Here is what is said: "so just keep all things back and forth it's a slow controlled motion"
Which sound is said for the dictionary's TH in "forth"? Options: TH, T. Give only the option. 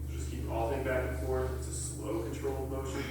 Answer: T